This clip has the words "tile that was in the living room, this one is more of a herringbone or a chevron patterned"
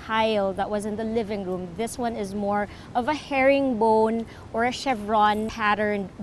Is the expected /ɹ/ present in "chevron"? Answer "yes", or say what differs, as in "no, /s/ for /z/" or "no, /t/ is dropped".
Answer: yes